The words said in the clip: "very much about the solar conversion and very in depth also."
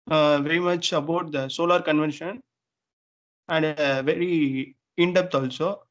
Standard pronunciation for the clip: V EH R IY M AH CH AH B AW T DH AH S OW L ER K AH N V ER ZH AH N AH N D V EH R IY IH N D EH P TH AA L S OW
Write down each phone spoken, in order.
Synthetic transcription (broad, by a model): V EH R IY M AH CH AH B AW T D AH S OW L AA K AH N V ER SH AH N AH N D V EH R IY IH N D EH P T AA L S OW